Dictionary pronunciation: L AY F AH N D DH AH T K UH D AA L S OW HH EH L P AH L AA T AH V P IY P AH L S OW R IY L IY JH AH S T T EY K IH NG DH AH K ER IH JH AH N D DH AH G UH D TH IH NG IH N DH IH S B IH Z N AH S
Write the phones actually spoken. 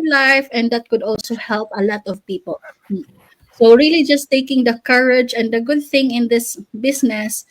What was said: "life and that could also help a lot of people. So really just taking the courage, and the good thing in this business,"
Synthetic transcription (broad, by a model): L AY F AH N D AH T K UH D AA L S OW HH EH L P AH L AA T AH V P IY P AH L S OW R IY L IY JH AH S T T EY K IH NG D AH K ER IH JH AH N D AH G UH D TH IH NG IH N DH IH S B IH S N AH S